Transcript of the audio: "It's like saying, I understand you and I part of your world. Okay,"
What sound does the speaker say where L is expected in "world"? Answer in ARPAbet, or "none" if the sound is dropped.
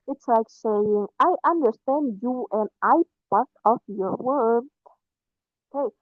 none